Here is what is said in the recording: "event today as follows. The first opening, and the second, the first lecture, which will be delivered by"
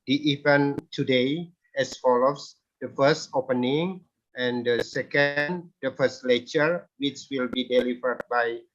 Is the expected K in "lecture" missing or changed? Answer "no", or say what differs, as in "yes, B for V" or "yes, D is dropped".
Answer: yes, K is dropped